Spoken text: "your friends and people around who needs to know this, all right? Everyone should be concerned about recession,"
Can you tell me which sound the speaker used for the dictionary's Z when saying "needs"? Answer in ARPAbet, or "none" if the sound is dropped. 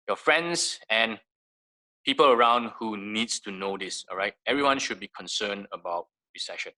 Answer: S